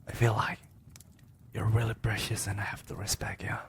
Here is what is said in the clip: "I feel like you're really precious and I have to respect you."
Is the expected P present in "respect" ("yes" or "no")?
no